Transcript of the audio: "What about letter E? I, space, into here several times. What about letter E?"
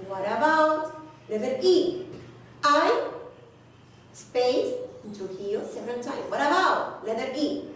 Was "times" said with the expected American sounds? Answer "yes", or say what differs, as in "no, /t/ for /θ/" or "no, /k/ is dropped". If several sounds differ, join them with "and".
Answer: no, /z/ is dropped